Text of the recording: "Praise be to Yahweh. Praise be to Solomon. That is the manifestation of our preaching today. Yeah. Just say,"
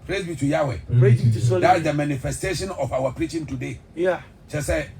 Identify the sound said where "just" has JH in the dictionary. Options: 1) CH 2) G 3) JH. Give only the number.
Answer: 1